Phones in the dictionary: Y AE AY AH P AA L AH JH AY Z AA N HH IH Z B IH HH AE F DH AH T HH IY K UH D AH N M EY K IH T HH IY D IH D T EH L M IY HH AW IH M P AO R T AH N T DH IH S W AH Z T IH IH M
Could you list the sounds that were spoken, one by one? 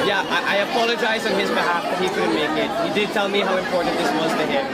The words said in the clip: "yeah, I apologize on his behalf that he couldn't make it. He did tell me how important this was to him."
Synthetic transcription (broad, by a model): Y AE AY AH P AA L AH JH AY Z N IH Z B IH HH AE F DH AH T HH IY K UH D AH M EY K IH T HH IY D IH D T EH L M IY HH AW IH M P AO R T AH N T DH IH S W AH Z T IH IH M